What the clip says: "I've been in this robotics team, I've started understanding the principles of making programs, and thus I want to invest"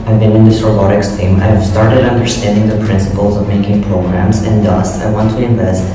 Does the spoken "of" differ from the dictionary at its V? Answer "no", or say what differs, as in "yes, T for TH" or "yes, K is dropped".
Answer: no